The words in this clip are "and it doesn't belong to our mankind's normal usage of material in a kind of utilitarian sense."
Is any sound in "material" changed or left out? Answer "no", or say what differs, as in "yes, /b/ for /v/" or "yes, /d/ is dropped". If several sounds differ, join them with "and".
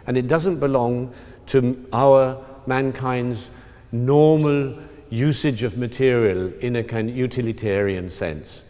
no